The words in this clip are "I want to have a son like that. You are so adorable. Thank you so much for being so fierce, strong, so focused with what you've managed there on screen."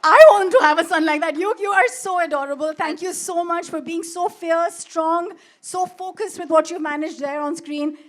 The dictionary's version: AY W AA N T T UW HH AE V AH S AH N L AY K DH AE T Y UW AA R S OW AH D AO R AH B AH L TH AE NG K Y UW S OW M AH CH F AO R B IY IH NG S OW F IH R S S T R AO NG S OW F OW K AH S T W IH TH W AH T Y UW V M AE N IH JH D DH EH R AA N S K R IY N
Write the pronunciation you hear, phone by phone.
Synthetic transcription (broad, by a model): AY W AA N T T UW HH AE V AH S AH N L AY K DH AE T Y UW AA R S OW AH D AO R AH B AH L T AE NG K Y UW S OW M AH CH F AO R B IY IH NG S OW F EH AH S S T R AO NG S OW F OW K AH S T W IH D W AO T Y UW V M AE N IH JH D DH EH R AA N S K R IY N